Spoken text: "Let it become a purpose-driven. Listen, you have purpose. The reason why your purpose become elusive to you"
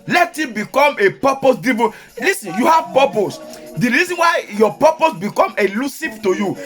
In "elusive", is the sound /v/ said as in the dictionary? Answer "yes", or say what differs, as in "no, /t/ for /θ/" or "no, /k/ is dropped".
no, /p/ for /v/